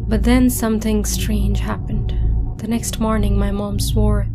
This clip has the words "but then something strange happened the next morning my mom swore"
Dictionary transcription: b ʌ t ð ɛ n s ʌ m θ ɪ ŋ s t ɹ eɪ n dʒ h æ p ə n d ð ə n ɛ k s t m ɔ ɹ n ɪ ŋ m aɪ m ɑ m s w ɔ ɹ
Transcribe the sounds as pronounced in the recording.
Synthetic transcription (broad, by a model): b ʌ t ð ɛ n s ʌ m θ ɪ ŋ s t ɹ eɪ n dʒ h æ p ə n d ð ə n ɛ k s t m ɔ ɹ n ɪ ŋ m aɪ m ɑ m s w ɔ ɹ